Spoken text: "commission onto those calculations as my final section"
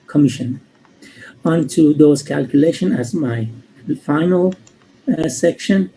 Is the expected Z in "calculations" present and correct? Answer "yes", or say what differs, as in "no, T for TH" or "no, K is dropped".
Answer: no, Z is dropped